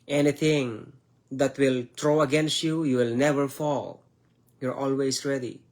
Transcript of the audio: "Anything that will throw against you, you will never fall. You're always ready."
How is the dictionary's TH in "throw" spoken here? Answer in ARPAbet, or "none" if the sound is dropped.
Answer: T